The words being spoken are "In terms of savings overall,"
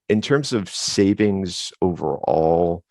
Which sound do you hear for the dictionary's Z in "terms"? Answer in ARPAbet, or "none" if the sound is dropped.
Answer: Z